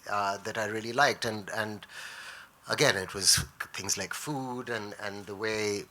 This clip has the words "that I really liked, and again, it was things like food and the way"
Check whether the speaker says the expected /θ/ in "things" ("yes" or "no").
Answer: yes